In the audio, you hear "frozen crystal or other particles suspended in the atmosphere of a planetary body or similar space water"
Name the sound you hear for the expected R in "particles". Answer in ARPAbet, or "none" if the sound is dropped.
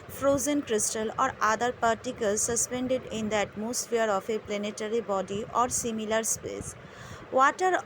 R